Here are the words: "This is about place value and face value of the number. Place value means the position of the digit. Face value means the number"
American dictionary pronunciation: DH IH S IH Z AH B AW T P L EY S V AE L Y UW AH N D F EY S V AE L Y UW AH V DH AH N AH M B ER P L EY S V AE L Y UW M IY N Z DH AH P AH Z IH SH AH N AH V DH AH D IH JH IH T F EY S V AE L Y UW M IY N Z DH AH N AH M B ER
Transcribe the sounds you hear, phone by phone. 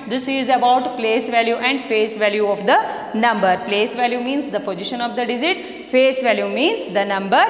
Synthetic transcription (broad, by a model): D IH S IH Z AH B AW T P L EY S V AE L Y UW AH N D F EY S V AE L Y UW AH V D AH N AH M B ER P L EY S V AE L Y UW M IY N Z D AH P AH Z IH SH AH N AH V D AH D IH Z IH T F EY S V AE L Y UW M IY N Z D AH N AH M B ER